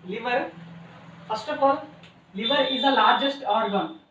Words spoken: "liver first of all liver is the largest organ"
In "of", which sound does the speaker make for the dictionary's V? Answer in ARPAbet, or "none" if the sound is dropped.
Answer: P